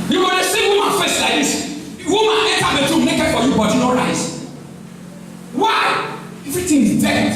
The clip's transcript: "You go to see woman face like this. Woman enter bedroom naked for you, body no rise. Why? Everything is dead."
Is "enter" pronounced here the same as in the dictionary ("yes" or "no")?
no